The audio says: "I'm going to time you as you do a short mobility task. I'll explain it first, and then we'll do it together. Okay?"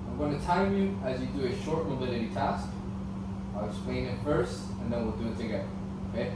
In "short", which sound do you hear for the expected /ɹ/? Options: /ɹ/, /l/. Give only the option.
/ɹ/